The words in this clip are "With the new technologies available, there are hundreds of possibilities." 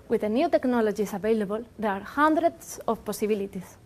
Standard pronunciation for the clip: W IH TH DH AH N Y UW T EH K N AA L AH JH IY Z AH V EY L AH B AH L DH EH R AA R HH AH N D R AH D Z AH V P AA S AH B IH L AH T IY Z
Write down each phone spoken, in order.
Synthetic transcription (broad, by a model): W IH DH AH N Y UW T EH K N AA L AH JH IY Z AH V EY L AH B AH L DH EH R AA R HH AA N D R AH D S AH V P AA S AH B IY L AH T IY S